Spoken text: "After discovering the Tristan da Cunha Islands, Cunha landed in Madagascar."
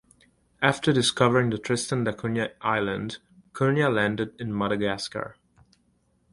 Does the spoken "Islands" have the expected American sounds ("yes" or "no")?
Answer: no